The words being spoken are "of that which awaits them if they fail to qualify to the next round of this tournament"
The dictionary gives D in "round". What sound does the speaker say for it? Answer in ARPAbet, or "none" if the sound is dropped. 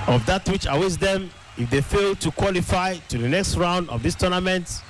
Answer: D